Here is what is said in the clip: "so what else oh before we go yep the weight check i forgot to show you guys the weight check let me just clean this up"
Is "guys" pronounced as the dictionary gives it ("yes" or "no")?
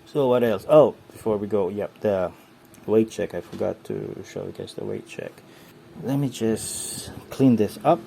no